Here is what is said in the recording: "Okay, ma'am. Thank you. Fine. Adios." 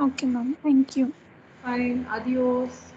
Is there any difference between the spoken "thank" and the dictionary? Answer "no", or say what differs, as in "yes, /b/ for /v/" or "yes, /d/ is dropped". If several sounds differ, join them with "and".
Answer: yes, /t/ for /θ/